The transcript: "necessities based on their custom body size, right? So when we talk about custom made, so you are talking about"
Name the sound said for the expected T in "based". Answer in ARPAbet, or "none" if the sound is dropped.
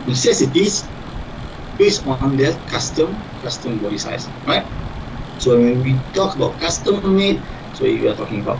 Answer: none